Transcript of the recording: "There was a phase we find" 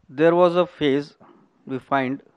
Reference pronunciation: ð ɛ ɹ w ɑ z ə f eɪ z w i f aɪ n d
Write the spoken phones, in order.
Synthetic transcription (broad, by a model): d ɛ ɹ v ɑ z ə f eɪ z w i f aɪ n d